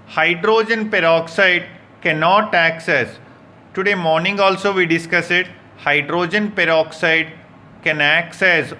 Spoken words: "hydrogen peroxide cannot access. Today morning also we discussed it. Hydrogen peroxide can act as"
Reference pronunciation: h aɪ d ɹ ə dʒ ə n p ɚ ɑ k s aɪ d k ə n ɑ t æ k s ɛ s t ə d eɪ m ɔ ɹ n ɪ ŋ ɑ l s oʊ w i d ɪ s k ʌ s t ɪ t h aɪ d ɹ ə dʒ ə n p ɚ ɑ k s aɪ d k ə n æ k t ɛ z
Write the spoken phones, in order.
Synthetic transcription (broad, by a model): h aɪ d ɹ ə dʒ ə n p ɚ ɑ k s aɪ d k ə n ɑ t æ k s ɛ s t ə d eɪ m ɔ ɹ n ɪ ŋ ɑ l s oʊ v i d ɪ s k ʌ s ɪ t h aɪ d ɹ ə dʒ ə n p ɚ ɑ k s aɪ d k ə n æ k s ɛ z